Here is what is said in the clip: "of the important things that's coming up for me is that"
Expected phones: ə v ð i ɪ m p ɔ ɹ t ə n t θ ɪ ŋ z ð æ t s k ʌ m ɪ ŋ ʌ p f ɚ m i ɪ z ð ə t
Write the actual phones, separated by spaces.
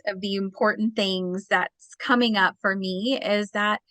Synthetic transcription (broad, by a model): ə v ð i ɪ m p ɔ ɹ t n θ ɪ ŋ z ð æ t s k ʌ m ɪ ŋ ʌ p f ɚ m i ɪ z ð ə t